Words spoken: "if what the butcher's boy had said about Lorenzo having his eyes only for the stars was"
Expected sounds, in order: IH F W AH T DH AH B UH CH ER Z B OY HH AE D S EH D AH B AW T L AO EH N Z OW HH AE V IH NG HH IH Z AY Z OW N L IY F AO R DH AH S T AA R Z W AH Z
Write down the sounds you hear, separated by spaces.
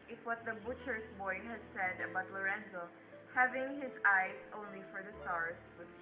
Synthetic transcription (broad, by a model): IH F W AH T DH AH B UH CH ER S B OY HH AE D S EH D AH B AW T L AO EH N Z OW HH AE V IH NG HH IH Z AY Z OW N L IY F AO R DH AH S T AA R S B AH